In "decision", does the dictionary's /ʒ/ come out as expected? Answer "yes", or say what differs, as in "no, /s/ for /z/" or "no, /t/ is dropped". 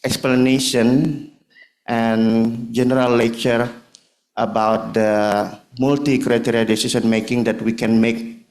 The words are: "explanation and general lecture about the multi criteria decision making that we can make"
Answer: no, /s/ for /ʒ/